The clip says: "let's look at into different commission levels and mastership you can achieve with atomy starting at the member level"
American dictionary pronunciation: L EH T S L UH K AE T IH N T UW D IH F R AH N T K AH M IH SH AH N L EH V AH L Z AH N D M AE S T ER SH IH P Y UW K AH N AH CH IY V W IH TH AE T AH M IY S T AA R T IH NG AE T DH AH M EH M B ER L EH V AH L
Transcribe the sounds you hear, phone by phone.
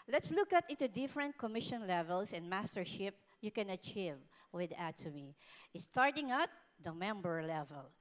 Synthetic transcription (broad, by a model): L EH T S L UH K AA T IH N T UW D IH F R AH N T K AH M IH SH AH N L EH V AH L S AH N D M AE S T ER SH IH P Y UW K AH N AH CH IY V W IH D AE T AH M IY S T AA R T IH NG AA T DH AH M EH M B ER L EH V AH L